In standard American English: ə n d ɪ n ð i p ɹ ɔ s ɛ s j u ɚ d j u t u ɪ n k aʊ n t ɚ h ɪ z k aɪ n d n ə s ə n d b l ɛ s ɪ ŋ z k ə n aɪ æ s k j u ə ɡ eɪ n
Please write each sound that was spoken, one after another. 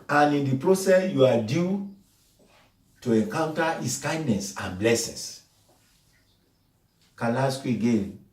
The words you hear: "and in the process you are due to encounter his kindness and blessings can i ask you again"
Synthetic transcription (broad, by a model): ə n ɪ n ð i p ɹ ɔ s ɛ s j u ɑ d j u t u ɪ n k aʊ n t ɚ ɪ s k aɪ n d n ə s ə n b l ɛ s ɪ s k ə l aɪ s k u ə ɡ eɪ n